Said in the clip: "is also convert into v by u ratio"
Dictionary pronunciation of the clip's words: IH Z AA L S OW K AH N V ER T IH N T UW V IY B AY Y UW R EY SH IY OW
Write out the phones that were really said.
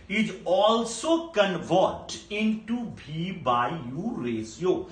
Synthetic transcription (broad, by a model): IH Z AA L S OW K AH N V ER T IH N T UW B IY B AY Y UW R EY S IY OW